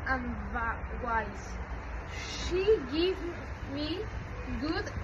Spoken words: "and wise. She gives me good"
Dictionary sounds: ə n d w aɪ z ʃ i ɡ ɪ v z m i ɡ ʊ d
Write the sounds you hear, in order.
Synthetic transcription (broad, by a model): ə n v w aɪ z ʃ i ɡ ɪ v m i ɡ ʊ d